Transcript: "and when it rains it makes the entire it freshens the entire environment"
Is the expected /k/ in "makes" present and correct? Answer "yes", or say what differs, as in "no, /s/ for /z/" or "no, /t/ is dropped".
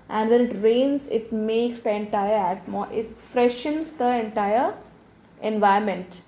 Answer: yes